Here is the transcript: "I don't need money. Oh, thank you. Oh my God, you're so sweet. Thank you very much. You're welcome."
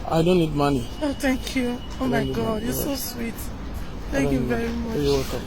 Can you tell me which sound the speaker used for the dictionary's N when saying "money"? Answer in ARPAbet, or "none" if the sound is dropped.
N